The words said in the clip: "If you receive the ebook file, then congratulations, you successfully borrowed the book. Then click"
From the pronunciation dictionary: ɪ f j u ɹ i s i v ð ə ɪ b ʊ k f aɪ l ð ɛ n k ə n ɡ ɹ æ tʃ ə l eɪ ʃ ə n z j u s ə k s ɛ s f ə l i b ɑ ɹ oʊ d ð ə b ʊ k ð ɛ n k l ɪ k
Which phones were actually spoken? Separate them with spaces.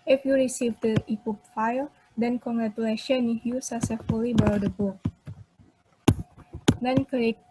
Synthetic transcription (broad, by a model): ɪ f j u ɹ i s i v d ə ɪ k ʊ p f aɪ l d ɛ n k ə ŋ ɡ ɹ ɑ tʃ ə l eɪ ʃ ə n j u s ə s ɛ f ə l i b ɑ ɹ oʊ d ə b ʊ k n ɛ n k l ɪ